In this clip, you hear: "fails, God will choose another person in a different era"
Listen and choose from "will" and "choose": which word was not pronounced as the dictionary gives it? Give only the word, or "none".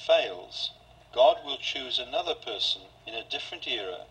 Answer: none